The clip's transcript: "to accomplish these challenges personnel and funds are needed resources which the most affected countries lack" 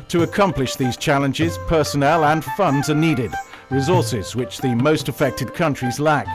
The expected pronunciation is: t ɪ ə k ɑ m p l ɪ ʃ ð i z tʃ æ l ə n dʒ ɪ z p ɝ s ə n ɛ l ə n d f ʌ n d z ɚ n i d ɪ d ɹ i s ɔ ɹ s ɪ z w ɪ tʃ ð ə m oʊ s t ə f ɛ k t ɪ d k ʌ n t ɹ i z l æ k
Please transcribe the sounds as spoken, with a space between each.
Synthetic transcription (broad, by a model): t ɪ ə k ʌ m p l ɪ ʃ ð i z tʃ æ l ə n dʒ ɪ z p ɝ s ə n ɛ l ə n f ʌ n d z ɚ n i d ɪ d ɹ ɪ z ɔ ɹ s ɪ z w ɪ tʃ ð ə m oʊ s t ə f ɛ k t ɪ d k ʌ n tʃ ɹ i z l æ k